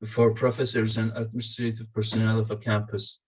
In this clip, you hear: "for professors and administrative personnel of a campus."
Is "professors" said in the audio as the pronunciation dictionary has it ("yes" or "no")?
yes